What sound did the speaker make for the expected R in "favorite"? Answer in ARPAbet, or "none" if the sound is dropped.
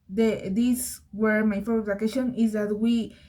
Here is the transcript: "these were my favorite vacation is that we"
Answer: none